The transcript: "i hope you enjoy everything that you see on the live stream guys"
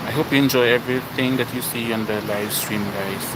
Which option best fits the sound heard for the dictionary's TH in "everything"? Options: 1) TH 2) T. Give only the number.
2